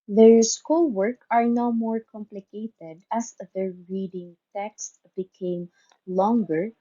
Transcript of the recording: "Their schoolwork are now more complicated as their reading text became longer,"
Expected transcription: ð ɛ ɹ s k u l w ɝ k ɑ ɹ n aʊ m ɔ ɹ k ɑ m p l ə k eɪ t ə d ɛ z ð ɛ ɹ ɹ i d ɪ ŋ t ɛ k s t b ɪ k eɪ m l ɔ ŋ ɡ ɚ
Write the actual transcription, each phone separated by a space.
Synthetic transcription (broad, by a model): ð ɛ ɹ s k u l w ɝ k ɑ ɹ n aʊ m ɔ ɹ k ɑ m p l ə k eɪ t ə d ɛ s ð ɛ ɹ ɹ i d ɪ ŋ t ɛ k s t b ɪ k eɪ m l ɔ ŋ ɡ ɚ